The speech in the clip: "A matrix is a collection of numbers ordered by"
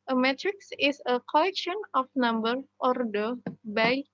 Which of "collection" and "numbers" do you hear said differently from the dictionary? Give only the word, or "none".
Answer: numbers